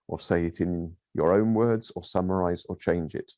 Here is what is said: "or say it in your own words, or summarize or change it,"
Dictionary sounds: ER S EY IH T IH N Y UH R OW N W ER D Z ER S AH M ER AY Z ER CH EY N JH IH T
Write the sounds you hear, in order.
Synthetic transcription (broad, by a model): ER S EY IH T IH N Y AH R OW N W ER D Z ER S AH M ER AY Z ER CH EY N JH IH T